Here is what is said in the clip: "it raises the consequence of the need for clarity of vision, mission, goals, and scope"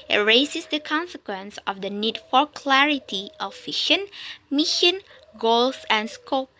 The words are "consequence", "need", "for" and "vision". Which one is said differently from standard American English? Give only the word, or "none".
vision